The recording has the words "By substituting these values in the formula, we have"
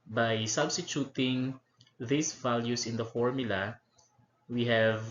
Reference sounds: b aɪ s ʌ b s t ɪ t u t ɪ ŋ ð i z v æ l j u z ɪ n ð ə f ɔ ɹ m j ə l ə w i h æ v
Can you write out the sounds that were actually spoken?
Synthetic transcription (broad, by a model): b aɪ s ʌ b s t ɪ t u t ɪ ŋ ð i s v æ l j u s ɪ n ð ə f ɔ ɹ m j ə l ə w i h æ v